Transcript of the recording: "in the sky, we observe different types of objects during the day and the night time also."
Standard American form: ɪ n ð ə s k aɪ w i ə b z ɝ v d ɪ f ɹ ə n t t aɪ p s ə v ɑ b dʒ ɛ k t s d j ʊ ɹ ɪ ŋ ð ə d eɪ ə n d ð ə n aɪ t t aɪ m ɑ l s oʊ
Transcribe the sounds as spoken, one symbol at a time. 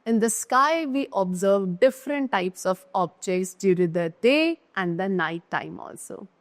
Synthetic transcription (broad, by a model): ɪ n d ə s k aɪ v i ə b z ɝ v d ɪ f ɹ ə n t t aɪ p s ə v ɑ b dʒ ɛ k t s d j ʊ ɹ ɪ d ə d eɪ ə n d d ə n aɪ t t aɪ m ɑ l s oʊ